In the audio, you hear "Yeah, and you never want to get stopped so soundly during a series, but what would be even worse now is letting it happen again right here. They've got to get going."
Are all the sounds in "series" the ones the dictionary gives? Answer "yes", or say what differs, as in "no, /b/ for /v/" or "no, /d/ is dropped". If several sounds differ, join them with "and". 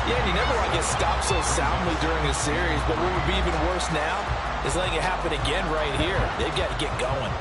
yes